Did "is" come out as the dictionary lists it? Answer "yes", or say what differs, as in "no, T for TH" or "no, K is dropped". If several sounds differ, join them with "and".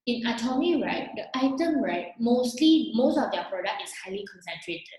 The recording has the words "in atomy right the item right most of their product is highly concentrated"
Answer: no, S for Z